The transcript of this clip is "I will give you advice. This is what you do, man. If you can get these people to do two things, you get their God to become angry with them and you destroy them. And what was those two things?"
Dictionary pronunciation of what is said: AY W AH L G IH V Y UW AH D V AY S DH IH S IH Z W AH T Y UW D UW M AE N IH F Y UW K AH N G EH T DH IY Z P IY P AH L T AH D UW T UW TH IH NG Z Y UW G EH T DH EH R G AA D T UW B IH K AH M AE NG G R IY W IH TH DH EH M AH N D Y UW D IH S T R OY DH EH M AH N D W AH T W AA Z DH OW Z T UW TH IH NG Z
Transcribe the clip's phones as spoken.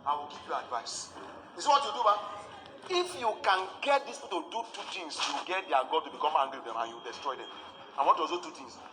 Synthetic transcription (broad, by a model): AY W AH L G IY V Y UW AH D V AY S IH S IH W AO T Y UW D UW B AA IH F Y UW K AH N G EH T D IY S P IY T AH D UW T UW T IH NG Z Y UW G EH T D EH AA G AA D T UW B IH K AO M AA NG G R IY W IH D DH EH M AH N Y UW D IH S T R OY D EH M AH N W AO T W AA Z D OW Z T UW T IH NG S